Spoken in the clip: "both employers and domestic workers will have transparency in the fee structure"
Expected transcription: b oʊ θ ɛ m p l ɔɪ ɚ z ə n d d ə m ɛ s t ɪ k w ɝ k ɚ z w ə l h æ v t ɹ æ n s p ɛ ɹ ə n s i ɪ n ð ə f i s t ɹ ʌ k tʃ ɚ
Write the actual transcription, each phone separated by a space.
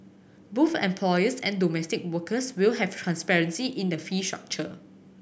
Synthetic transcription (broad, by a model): b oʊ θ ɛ m p l ɔɪ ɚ s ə n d d ə m ɛ s t ɪ k w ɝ k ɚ s w ə l h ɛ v t ɹ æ n s p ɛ ɹ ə n s i ɪ n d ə f i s t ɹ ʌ k tʃ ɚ